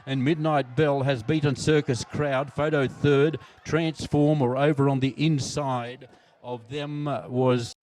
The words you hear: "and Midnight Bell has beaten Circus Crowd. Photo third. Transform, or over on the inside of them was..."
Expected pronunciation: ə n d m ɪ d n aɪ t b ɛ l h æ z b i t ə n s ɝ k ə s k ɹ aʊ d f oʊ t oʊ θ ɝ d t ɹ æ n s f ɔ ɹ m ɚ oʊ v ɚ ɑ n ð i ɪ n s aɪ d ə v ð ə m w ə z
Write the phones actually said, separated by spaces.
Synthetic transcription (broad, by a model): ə n m ɪ d n aɪ t b ɛ l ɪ z b i t n s ɝ k ə s k ɹ aʊ d f oʊ t oʊ θ ɝ d t ɹ æ n s f ɔ ɹ m ɚ oʊ v ɚ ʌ n ð i ɪ n s aɪ d ə v ð ə m w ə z